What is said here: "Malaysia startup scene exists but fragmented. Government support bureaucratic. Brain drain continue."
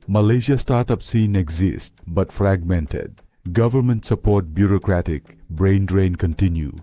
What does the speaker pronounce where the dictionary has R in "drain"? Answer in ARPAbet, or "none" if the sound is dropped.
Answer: R